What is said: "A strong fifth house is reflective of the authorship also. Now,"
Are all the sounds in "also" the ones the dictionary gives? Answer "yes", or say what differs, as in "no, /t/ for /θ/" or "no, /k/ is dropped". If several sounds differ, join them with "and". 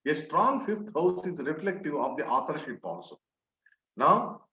no, /n/ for /l/